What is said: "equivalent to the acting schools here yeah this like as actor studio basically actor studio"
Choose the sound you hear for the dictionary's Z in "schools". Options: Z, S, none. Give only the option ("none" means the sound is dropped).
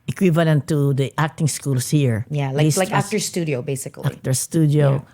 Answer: S